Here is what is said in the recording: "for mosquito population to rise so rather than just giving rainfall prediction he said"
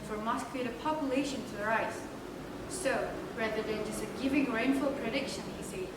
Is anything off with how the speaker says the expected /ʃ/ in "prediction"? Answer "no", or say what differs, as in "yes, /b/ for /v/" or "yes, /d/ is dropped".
no